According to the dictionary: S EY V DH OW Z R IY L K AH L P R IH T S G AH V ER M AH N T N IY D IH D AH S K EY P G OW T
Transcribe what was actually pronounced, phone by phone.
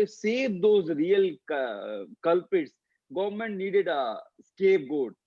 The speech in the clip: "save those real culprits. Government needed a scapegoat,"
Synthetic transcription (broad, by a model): S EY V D OW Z R IY L K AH L P IH T S G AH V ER M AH N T N IY D IH D AH S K EY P G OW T